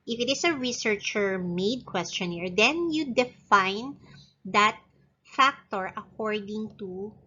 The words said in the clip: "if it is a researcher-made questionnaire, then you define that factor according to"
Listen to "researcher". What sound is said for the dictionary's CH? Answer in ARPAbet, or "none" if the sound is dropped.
CH